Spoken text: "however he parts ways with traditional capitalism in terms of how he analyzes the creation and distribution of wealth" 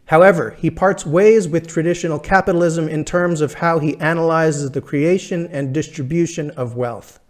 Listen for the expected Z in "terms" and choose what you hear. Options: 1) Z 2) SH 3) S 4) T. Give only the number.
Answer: 1